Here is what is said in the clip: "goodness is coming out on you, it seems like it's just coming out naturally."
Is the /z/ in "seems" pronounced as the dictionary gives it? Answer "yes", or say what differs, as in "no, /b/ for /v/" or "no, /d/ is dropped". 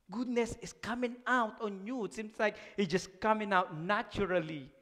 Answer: no, /s/ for /z/